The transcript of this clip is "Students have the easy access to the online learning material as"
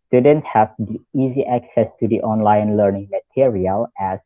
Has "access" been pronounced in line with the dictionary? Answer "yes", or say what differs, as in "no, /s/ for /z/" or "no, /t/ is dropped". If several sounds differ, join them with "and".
yes